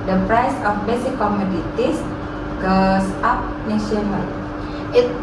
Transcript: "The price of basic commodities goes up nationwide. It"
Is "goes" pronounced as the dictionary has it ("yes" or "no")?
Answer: no